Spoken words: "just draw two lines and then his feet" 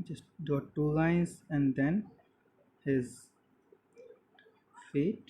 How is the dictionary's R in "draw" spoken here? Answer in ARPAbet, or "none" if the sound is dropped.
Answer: none